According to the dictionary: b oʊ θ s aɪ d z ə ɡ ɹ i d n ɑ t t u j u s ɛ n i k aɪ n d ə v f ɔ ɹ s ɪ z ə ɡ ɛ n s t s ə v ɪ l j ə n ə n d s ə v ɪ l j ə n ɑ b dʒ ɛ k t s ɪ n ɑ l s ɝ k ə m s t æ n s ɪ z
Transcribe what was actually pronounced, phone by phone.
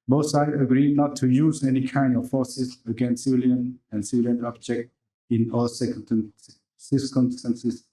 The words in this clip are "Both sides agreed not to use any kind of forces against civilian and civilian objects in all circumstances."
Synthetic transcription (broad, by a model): b oʊ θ s aɪ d ə ɡ ɹ i d n ɑ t t u j u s ɛ n i k aɪ n d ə f f ɔ s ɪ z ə ɡ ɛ n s s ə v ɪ l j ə n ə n s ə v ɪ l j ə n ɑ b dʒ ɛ k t ɪ n ɑ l s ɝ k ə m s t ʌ n s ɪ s